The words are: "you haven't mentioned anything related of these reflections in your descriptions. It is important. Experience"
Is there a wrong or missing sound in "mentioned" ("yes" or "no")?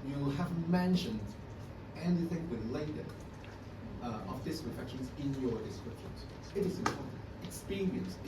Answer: no